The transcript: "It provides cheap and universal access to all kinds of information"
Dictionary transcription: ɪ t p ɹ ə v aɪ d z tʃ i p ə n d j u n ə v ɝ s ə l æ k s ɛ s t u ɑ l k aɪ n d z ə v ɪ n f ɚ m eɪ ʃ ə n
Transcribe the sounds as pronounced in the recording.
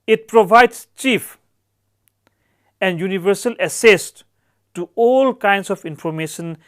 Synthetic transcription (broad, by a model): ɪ t p ɹ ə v aɪ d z tʃ i f ə n d j u n ə v ɝ s ə l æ s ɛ s t u ɑ l k aɪ n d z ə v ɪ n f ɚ m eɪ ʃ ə n